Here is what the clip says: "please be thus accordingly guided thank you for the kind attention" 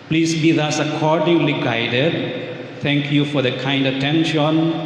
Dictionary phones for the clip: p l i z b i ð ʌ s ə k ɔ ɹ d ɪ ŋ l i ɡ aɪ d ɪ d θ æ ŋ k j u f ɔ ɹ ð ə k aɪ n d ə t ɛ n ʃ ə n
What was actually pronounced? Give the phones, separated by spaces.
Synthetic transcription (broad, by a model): p l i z b i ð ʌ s ə k ɔ ɹ d ɪ ŋ l i ɡ aɪ d ɪ d t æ ŋ k j u f ɔ ɹ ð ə k aɪ n d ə t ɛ n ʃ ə n